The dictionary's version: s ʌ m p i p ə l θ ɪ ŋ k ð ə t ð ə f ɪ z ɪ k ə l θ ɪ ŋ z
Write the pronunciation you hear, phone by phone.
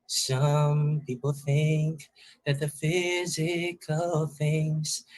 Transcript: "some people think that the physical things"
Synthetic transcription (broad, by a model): s ʌ m p i p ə l θ ɪ ŋ k ð ə t ð ə f ɪ z ɪ k ə l θ ɪ ŋ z